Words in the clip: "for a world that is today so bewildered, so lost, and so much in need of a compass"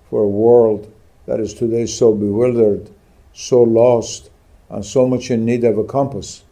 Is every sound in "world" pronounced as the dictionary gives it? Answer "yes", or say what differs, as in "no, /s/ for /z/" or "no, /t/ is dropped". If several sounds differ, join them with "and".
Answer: yes